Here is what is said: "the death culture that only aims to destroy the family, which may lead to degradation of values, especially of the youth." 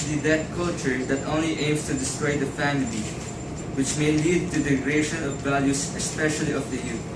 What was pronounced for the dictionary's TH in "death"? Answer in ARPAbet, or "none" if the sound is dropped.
T